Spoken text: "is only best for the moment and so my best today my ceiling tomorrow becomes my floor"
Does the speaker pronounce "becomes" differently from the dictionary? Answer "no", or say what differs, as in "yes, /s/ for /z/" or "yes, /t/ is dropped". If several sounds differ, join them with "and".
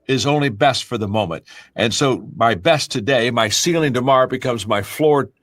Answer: no